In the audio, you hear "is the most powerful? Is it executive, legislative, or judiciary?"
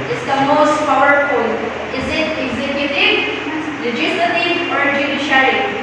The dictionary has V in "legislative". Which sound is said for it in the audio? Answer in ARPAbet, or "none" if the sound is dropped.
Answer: F